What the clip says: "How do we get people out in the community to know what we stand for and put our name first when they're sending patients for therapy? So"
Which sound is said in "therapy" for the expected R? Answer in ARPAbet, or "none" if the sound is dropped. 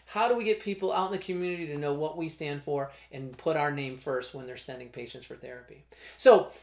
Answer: R